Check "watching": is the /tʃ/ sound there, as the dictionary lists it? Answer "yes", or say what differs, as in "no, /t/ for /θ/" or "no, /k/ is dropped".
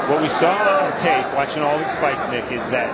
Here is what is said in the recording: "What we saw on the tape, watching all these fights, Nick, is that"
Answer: yes